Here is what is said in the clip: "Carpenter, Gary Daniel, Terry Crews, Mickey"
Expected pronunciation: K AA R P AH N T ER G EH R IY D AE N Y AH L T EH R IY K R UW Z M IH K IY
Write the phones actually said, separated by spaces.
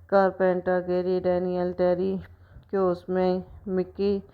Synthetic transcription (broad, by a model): K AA R P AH N T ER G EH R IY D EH N Y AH L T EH R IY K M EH M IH K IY